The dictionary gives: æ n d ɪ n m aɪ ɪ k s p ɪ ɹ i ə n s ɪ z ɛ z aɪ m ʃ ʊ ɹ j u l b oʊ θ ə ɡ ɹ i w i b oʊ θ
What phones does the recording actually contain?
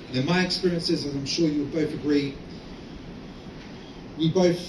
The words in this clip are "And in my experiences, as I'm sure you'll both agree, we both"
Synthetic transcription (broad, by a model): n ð ɪ n m aɪ ɪ k s p ɪ ɹ i ə n s ɪ z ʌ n aɪ m ʃ ʊ ɹ j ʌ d b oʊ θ ə ɡ ɹ i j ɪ b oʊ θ